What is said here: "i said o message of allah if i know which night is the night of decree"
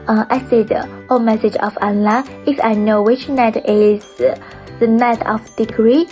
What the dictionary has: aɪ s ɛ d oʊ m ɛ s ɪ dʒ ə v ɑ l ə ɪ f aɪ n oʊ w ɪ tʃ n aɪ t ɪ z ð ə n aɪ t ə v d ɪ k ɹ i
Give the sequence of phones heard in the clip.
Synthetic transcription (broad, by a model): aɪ s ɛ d oʊ m ɛ s ɪ dʒ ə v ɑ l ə ɪ f aɪ n oʊ w ɪ tʃ n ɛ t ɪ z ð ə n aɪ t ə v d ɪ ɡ ɹ i